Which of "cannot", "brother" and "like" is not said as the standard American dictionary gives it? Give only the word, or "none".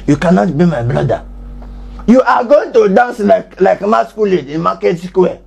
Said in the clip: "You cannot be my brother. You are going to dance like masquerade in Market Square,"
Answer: brother